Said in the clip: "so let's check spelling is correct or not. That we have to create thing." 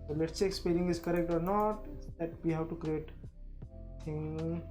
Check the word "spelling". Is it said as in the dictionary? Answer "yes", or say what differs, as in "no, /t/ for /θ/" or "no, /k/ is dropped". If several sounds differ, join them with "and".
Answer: no, /n/ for /l/